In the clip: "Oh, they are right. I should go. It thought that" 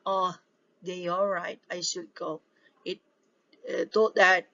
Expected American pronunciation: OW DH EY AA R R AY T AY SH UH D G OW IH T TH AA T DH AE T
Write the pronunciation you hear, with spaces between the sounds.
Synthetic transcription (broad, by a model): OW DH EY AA L R AY T AY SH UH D G OW IH T T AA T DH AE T